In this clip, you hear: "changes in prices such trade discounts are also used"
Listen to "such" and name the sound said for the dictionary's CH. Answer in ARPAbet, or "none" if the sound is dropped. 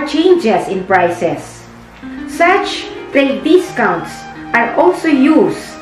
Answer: CH